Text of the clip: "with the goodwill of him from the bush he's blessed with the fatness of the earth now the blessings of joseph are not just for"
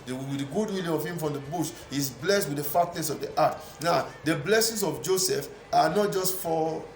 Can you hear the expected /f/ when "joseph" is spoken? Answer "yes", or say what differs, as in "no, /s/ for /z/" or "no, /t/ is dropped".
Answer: yes